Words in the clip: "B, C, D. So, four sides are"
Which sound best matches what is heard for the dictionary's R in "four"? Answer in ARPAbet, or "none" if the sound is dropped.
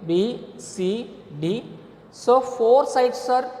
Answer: R